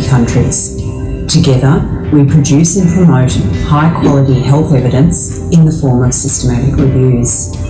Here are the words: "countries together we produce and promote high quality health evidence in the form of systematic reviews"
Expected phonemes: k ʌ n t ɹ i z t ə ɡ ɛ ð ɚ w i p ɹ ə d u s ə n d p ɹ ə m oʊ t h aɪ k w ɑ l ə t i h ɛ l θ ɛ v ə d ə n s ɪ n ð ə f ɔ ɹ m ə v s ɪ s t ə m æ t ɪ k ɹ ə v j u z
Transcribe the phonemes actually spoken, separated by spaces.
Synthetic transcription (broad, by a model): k ʌ n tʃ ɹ i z t ə ɡ ɛ ð ɚ w i p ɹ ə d u s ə n p ɹ ə m oʊ t h aɪ k w ɑ l ə t i h ɛ l θ ɛ v ə d ə n s ɪ n ð ə f ɔ ɹ m ə v s ɪ s t ə m æ t ɪ k ɹ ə v j u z